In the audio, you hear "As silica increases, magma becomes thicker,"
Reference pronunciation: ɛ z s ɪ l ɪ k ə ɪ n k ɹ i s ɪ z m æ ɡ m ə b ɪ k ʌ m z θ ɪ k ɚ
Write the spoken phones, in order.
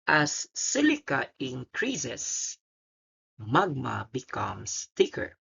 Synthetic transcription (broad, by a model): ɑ s ɪ l ɪ k ə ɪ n k ɹ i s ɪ s m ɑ ɡ m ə b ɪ k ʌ m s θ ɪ k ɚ